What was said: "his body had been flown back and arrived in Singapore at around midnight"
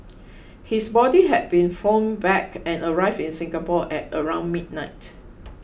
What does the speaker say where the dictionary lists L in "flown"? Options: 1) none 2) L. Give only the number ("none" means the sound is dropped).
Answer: 1